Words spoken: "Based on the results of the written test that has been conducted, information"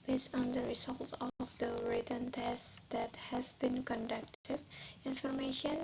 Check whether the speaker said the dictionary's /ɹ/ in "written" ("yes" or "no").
yes